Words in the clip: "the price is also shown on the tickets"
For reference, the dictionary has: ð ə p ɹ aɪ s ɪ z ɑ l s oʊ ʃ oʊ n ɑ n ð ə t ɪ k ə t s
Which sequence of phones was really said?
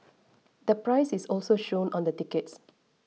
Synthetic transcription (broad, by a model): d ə p ɹ aɪ s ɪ s ɑ l s oʊ ʃ oʊ n ɑ n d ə t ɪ k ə t s